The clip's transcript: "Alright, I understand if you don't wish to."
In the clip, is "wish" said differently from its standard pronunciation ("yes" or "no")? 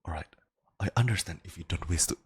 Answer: yes